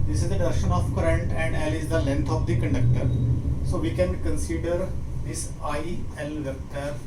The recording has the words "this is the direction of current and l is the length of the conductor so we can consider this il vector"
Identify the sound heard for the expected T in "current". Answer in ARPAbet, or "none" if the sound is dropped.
T